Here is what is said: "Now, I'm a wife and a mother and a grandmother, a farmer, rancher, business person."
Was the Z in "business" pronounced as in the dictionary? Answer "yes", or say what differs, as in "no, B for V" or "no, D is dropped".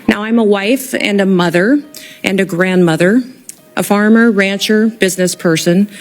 yes